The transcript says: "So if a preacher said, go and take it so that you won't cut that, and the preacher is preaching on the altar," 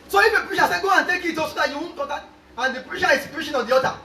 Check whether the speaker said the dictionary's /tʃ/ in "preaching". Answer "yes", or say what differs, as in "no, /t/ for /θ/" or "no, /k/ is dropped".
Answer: no, /ʃ/ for /tʃ/